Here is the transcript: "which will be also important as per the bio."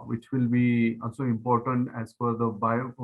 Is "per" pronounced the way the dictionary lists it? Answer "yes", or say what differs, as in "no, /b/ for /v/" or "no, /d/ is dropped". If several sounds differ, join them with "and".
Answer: no, /f/ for /p/